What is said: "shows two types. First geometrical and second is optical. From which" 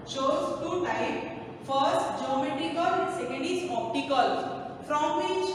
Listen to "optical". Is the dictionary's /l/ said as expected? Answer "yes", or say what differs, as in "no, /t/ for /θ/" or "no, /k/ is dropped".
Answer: yes